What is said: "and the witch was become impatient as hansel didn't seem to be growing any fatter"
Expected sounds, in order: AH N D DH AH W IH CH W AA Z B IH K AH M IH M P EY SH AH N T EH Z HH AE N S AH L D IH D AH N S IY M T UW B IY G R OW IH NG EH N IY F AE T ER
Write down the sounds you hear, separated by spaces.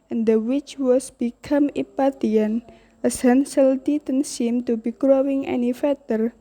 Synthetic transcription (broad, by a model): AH N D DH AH W IH CH W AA S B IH K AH M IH P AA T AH N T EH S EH N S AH L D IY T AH N S IY M T UW B IY G R OW IH NG EH N IY F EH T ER